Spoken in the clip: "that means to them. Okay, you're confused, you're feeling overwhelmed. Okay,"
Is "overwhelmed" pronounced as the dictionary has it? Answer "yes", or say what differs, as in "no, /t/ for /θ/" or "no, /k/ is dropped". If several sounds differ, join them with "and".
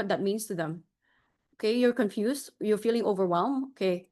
no, /d/ is dropped